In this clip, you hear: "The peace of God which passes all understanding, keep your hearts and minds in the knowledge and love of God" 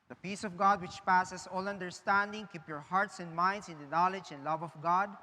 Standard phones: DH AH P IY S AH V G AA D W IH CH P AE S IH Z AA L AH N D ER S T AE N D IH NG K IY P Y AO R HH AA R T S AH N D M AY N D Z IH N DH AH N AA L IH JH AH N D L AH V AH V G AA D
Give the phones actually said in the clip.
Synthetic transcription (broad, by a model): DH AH P IY S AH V G AA D W IH CH P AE S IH S AA L AH N D ER S T AE N D IH NG K IY P Y AO R HH AA R T S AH N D M AY N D S IH N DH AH N AA L IH JH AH N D L AH V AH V G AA D